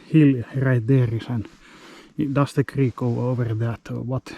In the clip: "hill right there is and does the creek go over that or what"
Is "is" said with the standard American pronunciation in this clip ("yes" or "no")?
no